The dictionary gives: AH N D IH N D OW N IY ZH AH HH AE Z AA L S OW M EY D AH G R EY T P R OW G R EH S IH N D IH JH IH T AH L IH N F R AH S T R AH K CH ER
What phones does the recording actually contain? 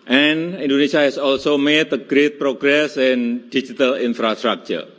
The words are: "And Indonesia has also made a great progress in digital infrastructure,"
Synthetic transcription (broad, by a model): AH N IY N D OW N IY S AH HH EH S AA L S OW M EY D AH G R EY T P R OW G R EH S IH N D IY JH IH T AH L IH N F R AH S T R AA K CH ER